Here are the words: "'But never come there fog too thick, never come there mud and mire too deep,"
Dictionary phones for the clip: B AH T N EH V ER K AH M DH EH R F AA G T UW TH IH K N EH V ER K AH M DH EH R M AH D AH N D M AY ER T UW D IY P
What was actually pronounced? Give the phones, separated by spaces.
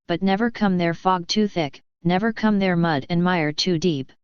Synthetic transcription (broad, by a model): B AH T N EH V ER K AH M DH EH R F AA G T UW TH IH K N EH V ER K AH M DH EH R M AH D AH N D M AY ER T UW D IY P